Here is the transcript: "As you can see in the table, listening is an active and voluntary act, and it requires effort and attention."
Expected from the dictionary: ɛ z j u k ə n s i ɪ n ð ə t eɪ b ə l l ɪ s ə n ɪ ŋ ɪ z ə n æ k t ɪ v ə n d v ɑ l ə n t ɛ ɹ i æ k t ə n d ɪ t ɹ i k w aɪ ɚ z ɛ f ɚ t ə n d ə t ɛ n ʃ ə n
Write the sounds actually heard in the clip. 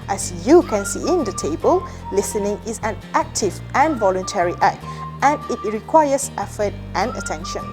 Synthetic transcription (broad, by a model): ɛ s j u k ə n s i ɪ n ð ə t eɪ b ə l l ɪ s ə n ɪ ŋ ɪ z ə n æ k t ɪ v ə n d v ɑ l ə n t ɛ ɹ i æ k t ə n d ɪ t ɹ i k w aɪ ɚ s ɛ f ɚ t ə n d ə t ɛ n ʃ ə n